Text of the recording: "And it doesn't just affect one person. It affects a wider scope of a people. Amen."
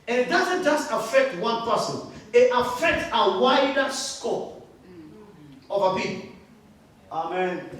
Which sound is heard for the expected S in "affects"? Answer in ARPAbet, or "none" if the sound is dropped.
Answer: none